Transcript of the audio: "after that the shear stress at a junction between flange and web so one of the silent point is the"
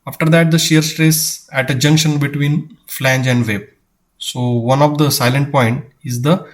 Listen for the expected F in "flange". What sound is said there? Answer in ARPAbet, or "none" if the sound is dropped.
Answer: F